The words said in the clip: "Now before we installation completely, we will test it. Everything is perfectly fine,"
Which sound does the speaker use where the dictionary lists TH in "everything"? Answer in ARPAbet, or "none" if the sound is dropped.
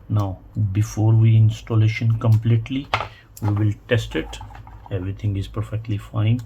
T